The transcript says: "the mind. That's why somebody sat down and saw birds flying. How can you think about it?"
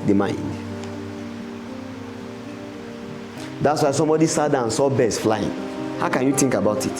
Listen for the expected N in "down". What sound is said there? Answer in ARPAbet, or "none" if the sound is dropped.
none